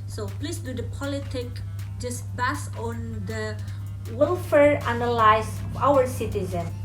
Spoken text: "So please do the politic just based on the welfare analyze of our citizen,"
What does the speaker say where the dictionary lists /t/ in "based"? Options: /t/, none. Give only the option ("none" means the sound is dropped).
none